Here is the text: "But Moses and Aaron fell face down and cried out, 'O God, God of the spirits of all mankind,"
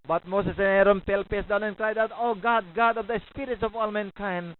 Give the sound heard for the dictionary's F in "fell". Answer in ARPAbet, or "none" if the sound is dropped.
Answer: P